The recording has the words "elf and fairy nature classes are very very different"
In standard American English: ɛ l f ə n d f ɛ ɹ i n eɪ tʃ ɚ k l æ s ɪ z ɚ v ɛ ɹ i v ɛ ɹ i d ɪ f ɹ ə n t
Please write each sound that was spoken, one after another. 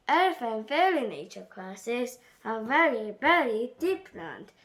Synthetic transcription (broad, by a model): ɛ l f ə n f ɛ l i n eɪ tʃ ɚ k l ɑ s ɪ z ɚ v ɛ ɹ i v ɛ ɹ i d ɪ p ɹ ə n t